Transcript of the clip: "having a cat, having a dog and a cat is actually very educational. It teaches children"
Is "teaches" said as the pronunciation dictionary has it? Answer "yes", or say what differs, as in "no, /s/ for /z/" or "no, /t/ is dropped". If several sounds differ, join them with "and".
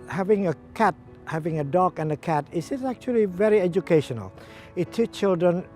no, /z/ is dropped